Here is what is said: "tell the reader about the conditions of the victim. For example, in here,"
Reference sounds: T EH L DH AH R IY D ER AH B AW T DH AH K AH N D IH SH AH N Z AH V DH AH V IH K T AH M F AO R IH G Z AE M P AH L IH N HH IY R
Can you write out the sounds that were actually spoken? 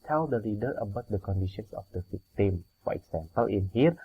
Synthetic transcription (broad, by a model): T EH L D AH L IY D ER AH B AW T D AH K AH N D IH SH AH N S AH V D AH F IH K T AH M F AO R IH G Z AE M P AH L IH N HH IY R